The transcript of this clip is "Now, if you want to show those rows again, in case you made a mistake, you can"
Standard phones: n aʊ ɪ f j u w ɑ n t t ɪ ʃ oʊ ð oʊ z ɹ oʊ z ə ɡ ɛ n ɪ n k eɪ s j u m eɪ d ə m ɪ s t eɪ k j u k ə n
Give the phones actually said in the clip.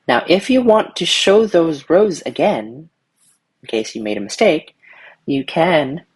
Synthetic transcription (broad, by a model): n aʊ ɪ f j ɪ w ɑ n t t ɪ ʃ oʊ ð oʊ z ɹ oʊ z ə ɡ ɛ n ɪ n k eɪ s j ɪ m eɪ d ə m ɪ s t eɪ k j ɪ k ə n